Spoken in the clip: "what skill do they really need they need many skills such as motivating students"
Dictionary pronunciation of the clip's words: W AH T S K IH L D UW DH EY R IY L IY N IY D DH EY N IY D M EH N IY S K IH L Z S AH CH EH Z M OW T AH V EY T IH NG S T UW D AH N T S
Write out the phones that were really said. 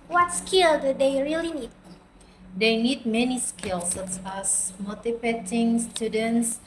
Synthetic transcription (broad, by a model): W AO T S K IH L D UW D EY R IY L IY N IY D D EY N IY D M EH N IY S K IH L S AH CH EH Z M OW T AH P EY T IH NG S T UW D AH N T S